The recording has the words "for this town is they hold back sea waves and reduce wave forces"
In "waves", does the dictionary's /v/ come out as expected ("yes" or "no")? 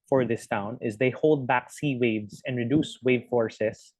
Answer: yes